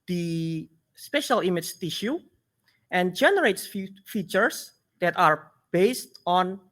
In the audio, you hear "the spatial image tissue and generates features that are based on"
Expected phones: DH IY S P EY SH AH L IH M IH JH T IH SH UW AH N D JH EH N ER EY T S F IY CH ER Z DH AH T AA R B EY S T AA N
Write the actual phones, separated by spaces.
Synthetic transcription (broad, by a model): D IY S P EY SH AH L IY M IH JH T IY SH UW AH N JH EH N ER EY T S F IY CH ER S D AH T AA R B EY S T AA N